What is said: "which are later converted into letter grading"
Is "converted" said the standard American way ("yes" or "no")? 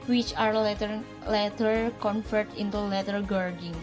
no